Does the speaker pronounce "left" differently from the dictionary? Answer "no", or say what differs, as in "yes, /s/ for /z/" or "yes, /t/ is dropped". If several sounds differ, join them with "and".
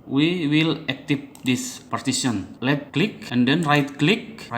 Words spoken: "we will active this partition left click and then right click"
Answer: yes, /f/ is dropped